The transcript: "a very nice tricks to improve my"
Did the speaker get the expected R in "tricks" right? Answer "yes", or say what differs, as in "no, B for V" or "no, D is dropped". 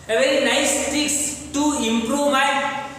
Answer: no, R is dropped